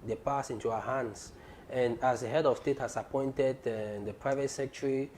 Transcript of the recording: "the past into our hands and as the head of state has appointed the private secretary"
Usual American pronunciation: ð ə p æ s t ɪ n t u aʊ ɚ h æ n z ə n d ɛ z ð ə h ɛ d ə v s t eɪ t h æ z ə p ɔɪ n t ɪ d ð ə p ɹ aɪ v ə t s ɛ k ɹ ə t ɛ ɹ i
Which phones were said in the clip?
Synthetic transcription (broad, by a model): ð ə p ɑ s ɪ n t u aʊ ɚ h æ n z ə n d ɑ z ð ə h ɛ d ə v s t eɪ t h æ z ə p ɔɪ n t ɪ d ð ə p ɹ aɪ v ə t s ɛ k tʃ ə ɹ i